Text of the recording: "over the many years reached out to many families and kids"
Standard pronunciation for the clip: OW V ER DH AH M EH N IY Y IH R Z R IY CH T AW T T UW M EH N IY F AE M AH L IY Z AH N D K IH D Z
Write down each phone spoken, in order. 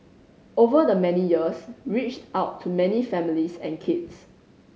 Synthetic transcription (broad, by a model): OW V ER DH AH M EH N IY Y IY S R IY CH T AW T T UW M EH N IY F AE M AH L IY S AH N K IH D S